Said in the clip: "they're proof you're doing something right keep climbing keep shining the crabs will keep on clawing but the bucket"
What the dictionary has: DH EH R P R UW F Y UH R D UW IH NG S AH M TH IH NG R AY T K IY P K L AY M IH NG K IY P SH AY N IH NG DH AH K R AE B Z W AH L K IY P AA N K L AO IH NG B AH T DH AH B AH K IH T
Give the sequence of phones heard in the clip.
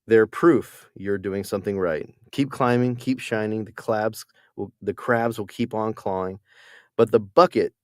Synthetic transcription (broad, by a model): DH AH R P R UW F Y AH R D UW IH NG S AH M TH IH NG R AY T K IY P K L AY M IH NG K IY P SH AY N IH NG DH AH K R AE B Z W AH L K IY P N K L AO IH NG B AH T DH AH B AH K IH T